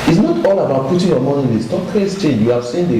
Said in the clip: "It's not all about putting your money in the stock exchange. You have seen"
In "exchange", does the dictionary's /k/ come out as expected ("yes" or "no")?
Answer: no